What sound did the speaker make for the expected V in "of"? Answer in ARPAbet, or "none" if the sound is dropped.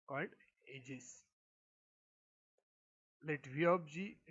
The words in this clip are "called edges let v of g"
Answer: B